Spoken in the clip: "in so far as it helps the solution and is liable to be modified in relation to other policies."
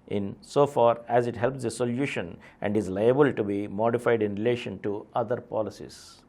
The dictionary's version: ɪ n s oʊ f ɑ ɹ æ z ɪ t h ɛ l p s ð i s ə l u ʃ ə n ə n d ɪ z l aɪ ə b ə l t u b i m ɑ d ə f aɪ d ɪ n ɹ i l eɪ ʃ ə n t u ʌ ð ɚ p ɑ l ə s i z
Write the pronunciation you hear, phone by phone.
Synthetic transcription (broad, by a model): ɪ n s oʊ f ɑ ɹ æ z ɪ t h ɛ l p s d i s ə l u ʃ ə n ə n d ɪ z l aɪ ə b ə l t u b i m ɑ d ə f aɪ d ɪ n ɹ i l eɪ ʃ ə n t u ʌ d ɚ p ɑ l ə s i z